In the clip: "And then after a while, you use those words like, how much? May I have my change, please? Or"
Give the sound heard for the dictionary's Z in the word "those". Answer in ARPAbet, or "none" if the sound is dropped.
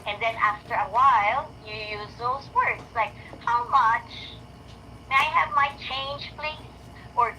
Z